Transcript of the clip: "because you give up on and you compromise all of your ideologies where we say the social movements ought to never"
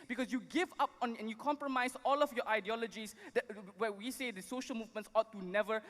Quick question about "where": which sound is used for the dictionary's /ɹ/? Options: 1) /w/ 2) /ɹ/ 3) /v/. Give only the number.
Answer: 1